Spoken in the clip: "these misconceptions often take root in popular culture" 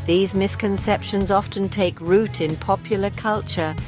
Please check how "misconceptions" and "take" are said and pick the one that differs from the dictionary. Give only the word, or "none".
none